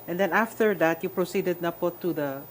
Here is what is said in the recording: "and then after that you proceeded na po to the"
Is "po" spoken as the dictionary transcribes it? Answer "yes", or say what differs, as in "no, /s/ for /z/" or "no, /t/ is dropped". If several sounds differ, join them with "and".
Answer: yes